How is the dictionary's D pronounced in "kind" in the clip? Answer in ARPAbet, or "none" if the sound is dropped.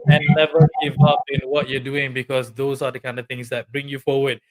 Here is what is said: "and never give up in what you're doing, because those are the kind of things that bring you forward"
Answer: D